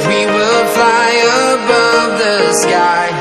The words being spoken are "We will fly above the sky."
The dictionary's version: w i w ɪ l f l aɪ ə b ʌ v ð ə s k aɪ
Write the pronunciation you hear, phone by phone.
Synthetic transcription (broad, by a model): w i w ɪ l f l aɪ ə b ʌ v ð ə s k aɪ